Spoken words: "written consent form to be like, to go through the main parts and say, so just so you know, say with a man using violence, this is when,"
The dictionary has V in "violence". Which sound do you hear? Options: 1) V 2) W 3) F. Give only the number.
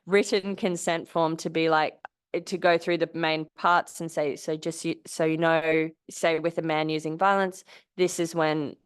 1